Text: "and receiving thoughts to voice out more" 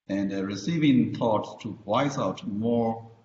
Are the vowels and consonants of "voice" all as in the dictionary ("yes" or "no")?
no